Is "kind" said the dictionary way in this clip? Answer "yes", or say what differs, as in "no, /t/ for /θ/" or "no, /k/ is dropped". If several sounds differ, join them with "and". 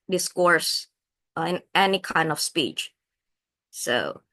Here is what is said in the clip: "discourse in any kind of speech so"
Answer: yes